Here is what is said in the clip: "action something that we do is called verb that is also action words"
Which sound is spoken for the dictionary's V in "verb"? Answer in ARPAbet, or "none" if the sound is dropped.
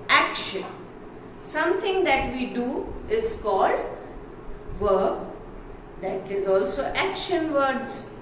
V